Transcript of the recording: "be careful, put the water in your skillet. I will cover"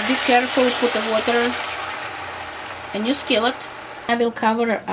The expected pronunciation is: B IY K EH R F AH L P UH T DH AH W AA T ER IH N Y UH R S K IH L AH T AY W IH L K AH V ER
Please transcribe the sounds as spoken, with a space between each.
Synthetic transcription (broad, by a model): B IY K EH R F AH L P UH T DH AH W AA T ER IH N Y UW S K IH L AH T AY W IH L K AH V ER